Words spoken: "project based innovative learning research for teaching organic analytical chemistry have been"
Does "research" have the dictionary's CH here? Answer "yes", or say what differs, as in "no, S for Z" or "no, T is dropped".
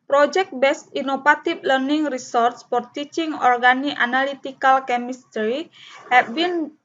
no, S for CH